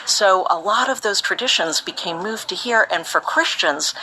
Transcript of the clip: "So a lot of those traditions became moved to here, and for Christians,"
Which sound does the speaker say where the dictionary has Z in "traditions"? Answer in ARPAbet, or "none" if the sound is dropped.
Z